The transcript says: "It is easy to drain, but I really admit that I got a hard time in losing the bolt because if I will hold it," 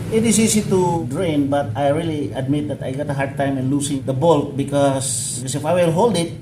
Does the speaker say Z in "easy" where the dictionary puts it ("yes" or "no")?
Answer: no